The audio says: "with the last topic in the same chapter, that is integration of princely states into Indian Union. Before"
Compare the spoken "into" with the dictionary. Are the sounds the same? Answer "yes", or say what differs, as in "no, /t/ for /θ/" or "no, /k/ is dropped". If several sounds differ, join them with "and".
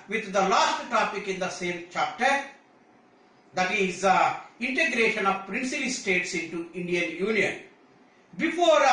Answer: yes